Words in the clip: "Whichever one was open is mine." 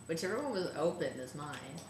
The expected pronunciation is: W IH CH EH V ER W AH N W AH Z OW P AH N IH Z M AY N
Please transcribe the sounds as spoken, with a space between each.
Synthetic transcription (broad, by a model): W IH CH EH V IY W AH N W AH Z OW P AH N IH S M AY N